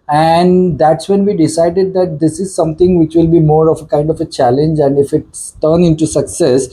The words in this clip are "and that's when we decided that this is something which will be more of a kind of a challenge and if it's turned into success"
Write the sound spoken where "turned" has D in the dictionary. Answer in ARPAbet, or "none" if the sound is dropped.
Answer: none